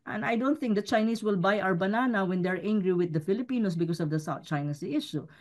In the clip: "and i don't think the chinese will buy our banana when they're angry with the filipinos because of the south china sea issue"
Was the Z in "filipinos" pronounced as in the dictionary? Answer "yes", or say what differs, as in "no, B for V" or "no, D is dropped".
no, S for Z